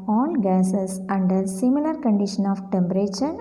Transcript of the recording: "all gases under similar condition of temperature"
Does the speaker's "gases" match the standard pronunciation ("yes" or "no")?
no